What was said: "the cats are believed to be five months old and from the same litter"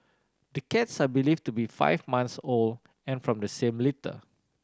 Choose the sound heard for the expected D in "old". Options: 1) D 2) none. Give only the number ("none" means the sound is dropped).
2